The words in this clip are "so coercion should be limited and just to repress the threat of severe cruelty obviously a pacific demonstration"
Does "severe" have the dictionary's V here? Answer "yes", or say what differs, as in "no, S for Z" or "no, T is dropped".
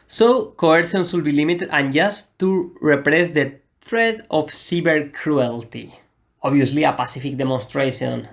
no, B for V